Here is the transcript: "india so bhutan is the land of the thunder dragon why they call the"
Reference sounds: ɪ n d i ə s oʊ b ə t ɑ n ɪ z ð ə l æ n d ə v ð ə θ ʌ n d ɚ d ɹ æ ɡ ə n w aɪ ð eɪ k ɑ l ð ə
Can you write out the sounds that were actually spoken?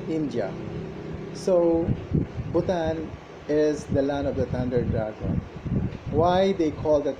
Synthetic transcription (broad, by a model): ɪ n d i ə s oʊ b ə t ɑ n ɪ z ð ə l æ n ə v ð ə t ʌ n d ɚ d ɹ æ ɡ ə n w aɪ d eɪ k ɑ l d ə